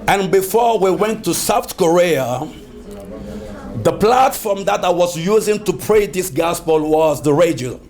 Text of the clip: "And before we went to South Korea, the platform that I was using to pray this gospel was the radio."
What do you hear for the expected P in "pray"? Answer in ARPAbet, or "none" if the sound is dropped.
P